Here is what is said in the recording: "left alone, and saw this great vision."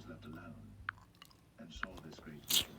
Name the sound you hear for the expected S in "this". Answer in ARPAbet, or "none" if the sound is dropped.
S